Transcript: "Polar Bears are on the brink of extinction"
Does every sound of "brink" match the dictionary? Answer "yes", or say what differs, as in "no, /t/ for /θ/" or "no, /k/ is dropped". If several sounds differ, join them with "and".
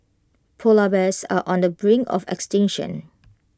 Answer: no, /k/ is dropped